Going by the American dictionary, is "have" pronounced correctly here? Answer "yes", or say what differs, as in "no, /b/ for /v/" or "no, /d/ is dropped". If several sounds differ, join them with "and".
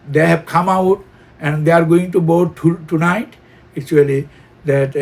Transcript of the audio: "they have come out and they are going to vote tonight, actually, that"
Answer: no, /b/ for /v/